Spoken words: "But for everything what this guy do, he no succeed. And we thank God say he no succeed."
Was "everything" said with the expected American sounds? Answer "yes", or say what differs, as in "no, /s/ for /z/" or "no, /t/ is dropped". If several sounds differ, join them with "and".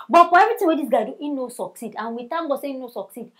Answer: no, /t/ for /θ/